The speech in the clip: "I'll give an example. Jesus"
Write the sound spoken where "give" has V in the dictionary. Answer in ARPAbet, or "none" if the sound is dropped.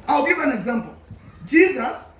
V